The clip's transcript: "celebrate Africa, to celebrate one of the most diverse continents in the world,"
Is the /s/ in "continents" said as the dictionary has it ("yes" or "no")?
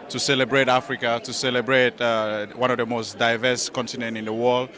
no